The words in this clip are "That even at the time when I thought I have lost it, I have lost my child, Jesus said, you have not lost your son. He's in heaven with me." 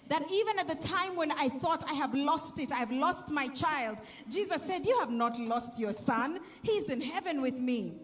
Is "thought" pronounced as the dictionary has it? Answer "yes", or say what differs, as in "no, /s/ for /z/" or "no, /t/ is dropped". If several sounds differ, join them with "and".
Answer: yes